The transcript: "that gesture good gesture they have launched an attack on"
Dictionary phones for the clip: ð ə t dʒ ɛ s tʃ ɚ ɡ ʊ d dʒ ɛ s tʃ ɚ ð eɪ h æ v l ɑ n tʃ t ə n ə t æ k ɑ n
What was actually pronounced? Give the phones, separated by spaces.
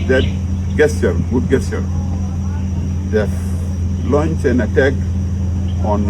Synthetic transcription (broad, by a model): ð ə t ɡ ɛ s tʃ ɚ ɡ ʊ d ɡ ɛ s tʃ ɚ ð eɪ l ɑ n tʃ ə n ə t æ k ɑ n